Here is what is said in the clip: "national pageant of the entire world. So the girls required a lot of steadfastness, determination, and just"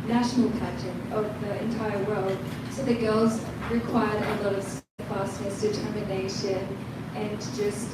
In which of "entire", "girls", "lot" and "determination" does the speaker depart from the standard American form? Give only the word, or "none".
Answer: none